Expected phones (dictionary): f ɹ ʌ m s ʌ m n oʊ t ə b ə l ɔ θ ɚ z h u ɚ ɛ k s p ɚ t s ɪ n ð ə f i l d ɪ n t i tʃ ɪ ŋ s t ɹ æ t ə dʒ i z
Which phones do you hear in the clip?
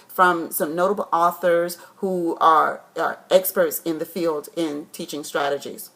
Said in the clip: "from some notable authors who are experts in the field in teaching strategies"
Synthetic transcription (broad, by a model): f ɹ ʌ m s ʌ m n oʊ t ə b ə l ɔ θ ɚ z h u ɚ ɛ k s p ɚ t s ɪ n ð ə f i l d ɪ n t i tʃ ɪ ŋ s t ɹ æ t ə dʒ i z